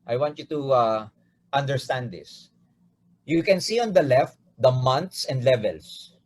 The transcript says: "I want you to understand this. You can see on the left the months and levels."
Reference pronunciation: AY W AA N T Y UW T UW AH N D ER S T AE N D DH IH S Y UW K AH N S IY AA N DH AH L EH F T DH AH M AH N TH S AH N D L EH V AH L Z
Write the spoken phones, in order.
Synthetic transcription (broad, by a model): AY W AA N T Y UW T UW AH N D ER S T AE N D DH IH S Y UW K AH N S IY AA N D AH L EH F T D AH M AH N T S AH N D L EH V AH L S